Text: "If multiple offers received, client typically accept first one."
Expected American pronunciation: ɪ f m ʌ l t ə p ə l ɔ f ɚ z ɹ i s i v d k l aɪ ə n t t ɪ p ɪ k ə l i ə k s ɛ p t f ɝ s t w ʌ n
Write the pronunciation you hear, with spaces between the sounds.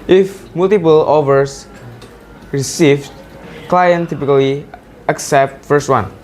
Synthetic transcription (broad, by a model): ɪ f m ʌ l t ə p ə l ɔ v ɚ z ɹ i s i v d k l aɪ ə n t t ɪ p ɪ k ə l i ə k s ɛ p t f ɝ s t w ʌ n